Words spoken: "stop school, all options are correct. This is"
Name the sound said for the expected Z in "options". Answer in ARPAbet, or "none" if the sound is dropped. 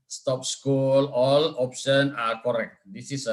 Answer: none